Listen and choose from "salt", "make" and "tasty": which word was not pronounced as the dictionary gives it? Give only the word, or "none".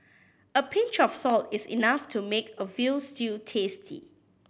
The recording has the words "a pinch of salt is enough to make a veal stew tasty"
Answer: none